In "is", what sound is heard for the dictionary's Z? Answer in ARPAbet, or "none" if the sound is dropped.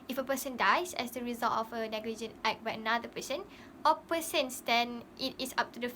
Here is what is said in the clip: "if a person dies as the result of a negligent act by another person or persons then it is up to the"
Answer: S